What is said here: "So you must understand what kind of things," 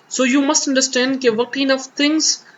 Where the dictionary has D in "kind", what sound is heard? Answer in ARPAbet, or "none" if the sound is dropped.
none